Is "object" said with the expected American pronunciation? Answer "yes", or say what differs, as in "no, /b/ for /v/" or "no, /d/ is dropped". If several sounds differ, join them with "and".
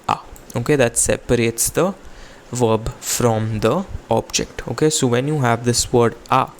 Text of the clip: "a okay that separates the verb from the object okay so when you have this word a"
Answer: yes